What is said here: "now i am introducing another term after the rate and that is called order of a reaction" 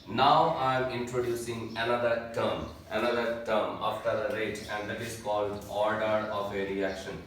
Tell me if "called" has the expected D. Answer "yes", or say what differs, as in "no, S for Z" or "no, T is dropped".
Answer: yes